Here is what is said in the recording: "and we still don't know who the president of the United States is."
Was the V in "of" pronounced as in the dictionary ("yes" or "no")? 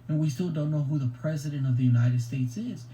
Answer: yes